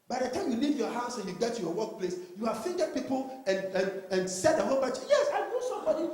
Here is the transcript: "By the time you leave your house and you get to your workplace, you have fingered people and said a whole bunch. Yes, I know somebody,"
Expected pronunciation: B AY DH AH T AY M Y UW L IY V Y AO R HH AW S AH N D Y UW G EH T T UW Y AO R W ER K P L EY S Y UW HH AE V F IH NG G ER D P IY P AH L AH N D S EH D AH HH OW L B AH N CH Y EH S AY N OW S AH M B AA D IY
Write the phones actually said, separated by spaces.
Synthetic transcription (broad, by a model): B AY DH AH T AY M Y UW L IY V Y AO HH AW S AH N Y UW G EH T T UW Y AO W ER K P L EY S Y UW HH AE V F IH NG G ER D P IY P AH N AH N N S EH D AH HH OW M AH CH Y EH S AY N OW S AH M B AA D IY